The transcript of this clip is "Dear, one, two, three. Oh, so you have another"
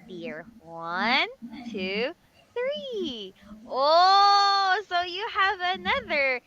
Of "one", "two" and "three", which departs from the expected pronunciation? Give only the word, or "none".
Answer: none